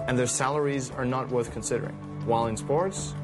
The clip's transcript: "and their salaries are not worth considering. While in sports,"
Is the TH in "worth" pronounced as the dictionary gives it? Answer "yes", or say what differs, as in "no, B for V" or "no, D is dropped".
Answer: yes